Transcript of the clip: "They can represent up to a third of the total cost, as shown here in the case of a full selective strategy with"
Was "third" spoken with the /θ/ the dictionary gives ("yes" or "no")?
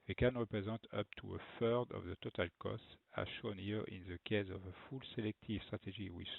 no